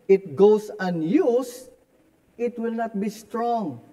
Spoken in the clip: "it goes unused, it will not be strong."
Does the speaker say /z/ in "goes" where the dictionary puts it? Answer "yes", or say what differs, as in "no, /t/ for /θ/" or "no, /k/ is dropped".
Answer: no, /s/ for /z/